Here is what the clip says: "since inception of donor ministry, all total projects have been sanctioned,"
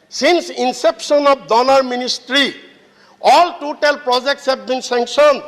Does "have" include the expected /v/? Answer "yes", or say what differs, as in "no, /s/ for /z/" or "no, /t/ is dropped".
no, /b/ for /v/